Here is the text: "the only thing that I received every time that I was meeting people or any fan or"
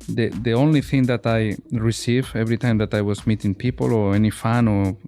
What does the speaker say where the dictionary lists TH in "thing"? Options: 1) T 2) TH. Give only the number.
2